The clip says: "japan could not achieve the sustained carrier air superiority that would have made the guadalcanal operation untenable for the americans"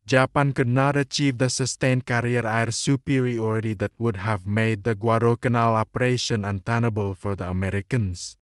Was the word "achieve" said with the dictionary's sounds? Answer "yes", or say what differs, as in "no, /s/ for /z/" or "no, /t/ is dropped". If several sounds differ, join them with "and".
yes